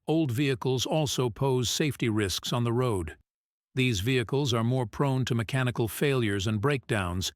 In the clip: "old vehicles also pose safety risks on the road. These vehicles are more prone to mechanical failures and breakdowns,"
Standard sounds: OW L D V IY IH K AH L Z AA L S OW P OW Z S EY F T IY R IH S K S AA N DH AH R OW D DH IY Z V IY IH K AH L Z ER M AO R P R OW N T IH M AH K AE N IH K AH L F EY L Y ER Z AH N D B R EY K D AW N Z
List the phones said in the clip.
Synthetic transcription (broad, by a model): OW L D V IY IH K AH L Z AA L S OW P OW Z S EY F T IY R IH S K S N DH AH R OW D DH IY Z V IY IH K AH L Z ER M AO R P R OW N T IH M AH K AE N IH K L F EY L Y ER Z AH N B R EY K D AW N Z